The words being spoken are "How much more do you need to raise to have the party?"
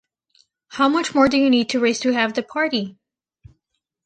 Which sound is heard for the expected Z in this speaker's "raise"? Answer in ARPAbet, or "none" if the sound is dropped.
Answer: S